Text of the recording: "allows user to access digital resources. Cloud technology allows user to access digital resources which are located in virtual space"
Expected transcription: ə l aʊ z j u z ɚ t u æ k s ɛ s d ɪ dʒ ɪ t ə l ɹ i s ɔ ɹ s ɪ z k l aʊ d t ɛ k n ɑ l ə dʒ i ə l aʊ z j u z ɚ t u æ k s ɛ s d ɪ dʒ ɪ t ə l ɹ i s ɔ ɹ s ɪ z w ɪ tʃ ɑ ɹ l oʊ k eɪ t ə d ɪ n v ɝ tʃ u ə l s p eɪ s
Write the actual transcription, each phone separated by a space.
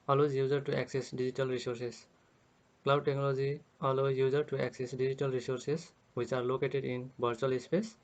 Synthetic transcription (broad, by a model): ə l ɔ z j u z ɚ t u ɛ k s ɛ s d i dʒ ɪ t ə l ɹ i s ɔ ɹ s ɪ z k l aʊ d t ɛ k n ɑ l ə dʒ i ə l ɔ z j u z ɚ t u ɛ k s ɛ s d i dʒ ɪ t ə l ɹ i s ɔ ɹ s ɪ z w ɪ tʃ ɑ ɹ l oʊ k eɪ t ə d ɪ n b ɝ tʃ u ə l s p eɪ s